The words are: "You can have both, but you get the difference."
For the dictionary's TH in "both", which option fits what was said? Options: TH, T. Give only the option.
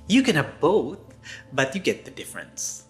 TH